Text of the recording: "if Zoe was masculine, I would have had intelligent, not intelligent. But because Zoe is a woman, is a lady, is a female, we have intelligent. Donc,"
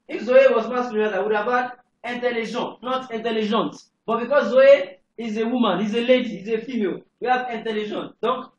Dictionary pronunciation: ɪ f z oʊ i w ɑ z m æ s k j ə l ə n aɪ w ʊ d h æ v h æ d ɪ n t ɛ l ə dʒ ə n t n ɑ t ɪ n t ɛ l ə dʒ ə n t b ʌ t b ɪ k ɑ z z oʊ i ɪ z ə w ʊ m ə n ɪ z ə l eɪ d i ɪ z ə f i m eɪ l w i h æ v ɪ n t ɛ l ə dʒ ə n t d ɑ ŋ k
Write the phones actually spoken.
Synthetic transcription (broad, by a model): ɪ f z oʊ i w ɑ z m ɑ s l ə ə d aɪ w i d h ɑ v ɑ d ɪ n t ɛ l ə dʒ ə n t n ɑ t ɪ n t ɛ l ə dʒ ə n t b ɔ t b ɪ k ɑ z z oʊ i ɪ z ə w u m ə n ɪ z ə l eɪ d i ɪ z ə f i m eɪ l w i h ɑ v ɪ n t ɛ l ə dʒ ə n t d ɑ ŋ k